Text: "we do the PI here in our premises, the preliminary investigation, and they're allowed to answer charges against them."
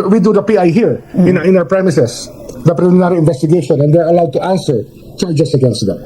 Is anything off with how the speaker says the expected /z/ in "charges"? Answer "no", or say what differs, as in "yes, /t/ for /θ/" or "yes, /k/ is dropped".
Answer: yes, /s/ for /z/